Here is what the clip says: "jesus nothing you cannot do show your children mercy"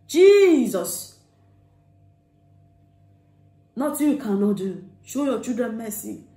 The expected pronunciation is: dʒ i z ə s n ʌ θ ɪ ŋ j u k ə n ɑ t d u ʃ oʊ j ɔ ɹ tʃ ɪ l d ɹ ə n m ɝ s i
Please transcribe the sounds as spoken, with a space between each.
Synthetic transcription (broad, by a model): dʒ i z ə s n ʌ t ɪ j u k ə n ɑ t d u ʃ oʊ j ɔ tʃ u d ə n m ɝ s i